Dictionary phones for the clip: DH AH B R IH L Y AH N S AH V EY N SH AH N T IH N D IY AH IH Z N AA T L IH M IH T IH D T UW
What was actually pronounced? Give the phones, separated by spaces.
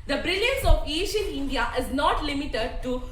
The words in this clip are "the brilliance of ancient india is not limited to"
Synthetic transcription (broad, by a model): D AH B R IH L Y AH N S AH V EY SH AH N IH N D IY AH IH Z N AA T L IH M IH T IH D T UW